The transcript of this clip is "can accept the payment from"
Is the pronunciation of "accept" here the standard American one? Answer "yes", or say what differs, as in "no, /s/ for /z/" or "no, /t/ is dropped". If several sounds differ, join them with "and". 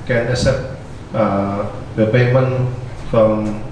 no, /k/ is dropped